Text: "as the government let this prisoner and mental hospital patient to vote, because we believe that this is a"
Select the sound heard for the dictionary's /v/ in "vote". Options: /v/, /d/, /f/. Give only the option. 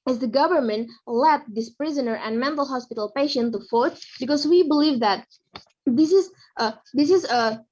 /f/